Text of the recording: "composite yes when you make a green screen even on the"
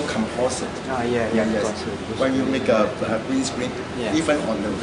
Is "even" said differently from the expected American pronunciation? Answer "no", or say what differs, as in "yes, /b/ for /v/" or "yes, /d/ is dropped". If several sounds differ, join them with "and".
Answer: yes, /f/ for /v/